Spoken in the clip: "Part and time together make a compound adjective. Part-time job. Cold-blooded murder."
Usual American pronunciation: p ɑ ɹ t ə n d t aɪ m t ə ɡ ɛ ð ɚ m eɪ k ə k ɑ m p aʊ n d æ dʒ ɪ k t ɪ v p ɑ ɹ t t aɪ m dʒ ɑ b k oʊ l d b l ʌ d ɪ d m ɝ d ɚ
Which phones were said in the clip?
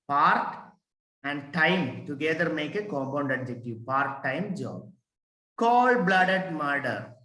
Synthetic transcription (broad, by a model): p ɑ ɹ t ə n d t aɪ m t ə ɡ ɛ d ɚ m eɪ k ə k ɑ m p aʊ n d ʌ dʒ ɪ k t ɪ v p ɑ ɹ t t aɪ m dʒ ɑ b k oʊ l b l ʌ d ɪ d m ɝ d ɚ